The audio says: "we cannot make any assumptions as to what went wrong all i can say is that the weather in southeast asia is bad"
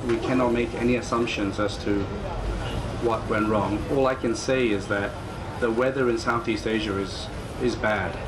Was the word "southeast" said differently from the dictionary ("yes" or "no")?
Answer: no